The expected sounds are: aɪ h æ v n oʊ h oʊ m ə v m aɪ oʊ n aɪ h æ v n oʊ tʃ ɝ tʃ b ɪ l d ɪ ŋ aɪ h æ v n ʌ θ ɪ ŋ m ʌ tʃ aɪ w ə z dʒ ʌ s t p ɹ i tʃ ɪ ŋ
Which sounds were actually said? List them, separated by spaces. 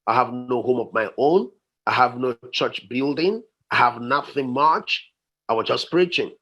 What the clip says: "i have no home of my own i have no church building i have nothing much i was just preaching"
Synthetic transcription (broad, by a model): aɪ h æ v n oʊ h oʊ m ə v m aɪ oʊ n aɪ h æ v n oʊ tʃ ɝ tʃ b ɪ l d ɪ ŋ aɪ h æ v n ʌ θ ɪ ŋ m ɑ tʃ aɪ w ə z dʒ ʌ s p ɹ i tʃ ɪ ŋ